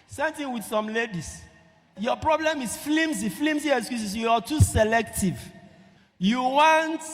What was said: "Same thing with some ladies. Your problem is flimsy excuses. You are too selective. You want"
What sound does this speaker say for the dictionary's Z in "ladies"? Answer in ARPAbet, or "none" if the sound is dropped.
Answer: S